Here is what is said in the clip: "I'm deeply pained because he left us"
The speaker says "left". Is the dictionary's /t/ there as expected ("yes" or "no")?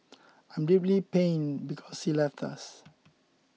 yes